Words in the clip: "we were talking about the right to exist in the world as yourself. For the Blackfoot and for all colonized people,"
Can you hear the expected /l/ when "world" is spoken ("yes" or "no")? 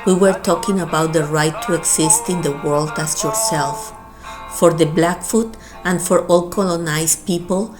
yes